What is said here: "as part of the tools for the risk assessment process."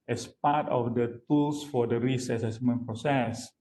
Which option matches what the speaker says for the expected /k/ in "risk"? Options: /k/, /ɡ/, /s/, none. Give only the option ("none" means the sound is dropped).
none